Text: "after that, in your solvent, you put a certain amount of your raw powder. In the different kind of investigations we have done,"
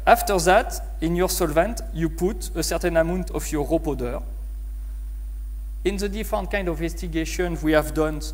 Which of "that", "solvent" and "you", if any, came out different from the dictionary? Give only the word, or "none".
none